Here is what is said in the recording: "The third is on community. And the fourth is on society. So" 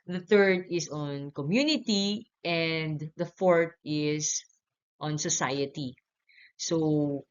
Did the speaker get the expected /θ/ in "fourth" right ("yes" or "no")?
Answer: no